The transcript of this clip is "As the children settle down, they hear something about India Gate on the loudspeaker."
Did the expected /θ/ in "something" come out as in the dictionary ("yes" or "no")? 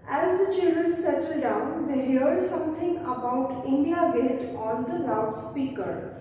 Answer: no